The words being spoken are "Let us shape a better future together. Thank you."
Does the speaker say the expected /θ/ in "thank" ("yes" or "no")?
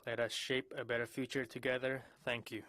yes